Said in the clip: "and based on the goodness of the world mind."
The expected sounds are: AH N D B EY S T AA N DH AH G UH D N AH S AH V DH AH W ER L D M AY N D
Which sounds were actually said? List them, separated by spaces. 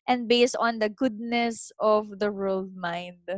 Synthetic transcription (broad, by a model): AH N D B EY S T AA N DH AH G UH D N AH S AH V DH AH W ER L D M AY N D